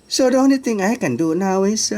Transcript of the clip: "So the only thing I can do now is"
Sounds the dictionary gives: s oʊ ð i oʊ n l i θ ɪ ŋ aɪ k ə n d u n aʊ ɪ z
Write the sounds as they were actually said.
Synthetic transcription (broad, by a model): s oʊ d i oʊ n i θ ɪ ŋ aɪ k ə n d u n aʊ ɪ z